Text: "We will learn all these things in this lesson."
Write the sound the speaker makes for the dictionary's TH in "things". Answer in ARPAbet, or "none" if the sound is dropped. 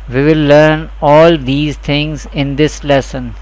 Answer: T